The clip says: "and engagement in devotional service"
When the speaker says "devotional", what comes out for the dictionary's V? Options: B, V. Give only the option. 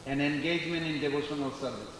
B